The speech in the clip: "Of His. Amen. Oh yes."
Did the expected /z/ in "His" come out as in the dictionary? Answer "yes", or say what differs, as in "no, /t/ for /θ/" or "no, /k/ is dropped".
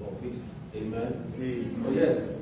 no, /s/ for /z/